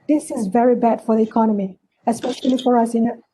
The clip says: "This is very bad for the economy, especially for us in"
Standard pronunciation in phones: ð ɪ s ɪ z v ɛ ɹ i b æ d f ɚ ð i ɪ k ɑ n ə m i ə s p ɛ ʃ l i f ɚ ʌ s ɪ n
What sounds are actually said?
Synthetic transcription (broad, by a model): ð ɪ s ɪ z v ɛ ɹ i b æ d f ɚ ð i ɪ k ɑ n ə m i ə s p ɛ ʃ l i f ɚ ʌ s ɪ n